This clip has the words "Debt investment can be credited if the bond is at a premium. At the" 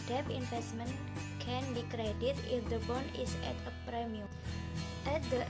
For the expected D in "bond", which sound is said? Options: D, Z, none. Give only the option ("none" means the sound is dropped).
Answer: none